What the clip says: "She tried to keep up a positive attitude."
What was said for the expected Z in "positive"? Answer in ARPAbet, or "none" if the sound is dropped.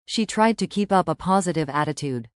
Z